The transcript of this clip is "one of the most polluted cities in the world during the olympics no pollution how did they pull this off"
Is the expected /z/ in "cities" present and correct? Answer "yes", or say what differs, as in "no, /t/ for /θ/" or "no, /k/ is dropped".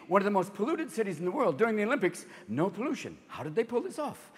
yes